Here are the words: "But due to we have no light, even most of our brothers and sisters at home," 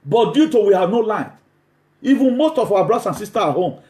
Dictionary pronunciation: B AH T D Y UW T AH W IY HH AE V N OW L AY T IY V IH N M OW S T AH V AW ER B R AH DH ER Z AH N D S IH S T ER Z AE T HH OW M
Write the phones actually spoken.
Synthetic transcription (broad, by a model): B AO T D Y UW T AH W IY HH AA V N OW L AY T IY V IH N M OW S T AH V AW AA B R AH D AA S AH N S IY S T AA AA HH OW M